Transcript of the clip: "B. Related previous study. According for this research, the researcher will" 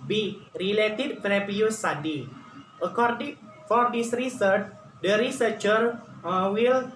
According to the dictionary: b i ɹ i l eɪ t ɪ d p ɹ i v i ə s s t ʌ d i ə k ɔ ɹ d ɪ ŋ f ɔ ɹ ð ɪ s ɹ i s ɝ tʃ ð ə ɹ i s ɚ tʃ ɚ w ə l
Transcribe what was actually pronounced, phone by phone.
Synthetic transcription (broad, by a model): b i ɹ i l eɪ t ɪ d f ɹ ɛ p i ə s s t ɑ d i ə k ɔ ɹ d ɪ ŋ f ɔ ɹ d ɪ s ɹ i s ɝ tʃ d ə ɹ i s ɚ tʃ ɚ w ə l